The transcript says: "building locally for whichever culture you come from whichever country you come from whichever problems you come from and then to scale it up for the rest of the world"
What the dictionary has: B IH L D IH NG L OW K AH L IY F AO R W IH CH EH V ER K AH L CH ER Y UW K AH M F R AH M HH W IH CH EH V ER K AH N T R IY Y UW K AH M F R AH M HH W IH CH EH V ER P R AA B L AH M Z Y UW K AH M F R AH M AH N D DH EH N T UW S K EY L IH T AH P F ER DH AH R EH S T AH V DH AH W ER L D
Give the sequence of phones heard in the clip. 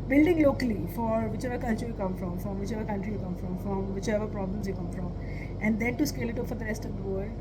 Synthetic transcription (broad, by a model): B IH L D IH NG L OW K AH L IY F AO R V IH CH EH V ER K AH L CH ER Y UW K AH M F R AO M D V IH CH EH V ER K AH N T R IY Y UW K AH M F R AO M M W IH CH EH V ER P R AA B L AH M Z Y UW K AH M F R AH M AH N D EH N T UW S K EY L IH T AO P F ER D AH R EH S T AH V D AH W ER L D